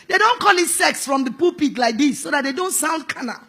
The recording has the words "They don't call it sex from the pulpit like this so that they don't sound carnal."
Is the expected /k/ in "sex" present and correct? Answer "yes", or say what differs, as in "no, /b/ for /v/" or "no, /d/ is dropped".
yes